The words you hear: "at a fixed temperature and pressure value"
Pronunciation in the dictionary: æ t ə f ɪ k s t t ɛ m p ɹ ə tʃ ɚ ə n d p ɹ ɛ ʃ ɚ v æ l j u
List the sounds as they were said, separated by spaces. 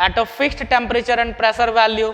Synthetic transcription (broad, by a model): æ t ə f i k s t t ɛ m p ɹ ə tʃ ɚ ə n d p ɹ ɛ s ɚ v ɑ l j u